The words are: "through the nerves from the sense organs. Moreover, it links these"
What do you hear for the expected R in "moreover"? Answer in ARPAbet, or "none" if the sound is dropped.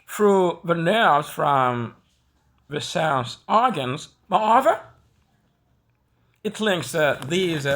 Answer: none